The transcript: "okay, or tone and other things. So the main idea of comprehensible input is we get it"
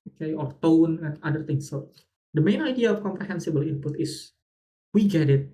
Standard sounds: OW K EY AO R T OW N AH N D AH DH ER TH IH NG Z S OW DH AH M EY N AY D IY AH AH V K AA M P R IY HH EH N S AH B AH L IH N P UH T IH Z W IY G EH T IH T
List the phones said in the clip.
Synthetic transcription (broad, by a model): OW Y AO R T OW N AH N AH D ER T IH NG S OW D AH M EY N AY D IY AH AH F K AA M P R IY HH EH N S AH B AH L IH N P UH T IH S W IY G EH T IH T